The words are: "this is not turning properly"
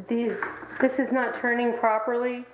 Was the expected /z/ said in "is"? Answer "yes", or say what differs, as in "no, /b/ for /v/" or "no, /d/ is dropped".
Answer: yes